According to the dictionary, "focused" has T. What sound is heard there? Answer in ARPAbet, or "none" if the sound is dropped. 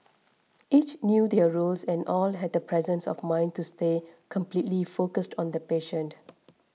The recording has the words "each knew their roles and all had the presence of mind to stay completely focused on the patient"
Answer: T